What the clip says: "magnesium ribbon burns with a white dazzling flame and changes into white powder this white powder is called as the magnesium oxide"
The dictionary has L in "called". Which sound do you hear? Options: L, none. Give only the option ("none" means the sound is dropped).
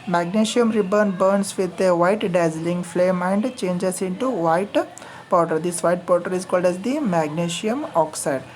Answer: L